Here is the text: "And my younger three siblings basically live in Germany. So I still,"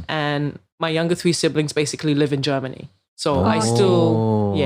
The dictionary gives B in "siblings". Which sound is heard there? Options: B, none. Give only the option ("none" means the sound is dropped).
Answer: B